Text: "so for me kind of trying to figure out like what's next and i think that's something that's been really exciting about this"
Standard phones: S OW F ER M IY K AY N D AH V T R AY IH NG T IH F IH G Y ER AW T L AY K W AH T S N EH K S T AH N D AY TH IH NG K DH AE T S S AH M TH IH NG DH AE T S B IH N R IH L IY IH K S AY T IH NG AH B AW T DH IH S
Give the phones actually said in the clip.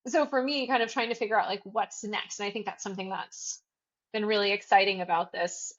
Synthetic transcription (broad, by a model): S OW F ER M IY K AY N D AH V T R AY IH NG T IH F IH G Y ER AW T L AY K W AH T S N EH K S T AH N AY TH IH NG K DH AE T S S AH M TH IH NG DH AE T S B IH N R IH L IY IH K S AY T IH NG AH B AW T DH IH S